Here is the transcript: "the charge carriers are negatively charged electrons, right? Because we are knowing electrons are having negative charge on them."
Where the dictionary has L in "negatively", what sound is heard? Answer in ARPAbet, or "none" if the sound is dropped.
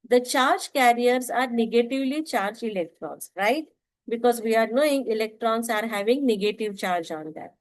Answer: L